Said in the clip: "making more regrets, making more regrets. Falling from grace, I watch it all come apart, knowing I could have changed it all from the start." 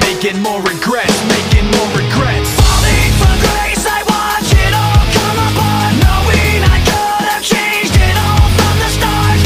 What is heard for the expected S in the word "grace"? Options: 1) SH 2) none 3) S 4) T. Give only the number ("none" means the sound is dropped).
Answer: 3